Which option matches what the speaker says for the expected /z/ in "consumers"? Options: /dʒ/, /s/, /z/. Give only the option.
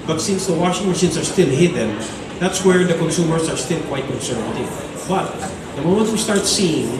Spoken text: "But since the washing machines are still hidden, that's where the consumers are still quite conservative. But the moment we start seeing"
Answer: /s/